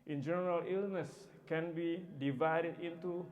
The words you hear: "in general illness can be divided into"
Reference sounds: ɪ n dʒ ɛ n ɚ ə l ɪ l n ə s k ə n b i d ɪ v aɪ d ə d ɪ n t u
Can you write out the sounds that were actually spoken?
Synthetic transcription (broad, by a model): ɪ n dʒ ɛ n ɚ ə l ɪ l n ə s k ə n b i d ɪ v aɪ d ə d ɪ n t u